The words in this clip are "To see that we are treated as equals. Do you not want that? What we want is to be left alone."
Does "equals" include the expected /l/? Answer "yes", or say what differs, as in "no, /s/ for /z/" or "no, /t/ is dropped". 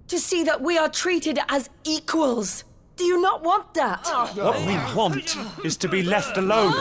yes